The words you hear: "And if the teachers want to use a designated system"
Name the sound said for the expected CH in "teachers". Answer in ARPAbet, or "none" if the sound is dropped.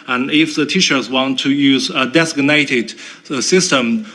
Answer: SH